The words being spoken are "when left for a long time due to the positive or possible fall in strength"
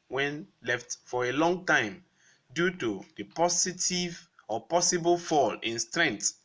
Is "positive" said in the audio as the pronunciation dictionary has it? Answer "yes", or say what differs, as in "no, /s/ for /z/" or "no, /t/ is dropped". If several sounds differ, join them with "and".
no, /s/ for /z/